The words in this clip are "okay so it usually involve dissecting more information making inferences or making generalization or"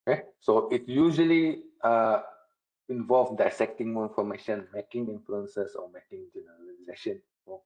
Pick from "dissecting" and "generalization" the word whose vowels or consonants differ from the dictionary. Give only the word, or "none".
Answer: none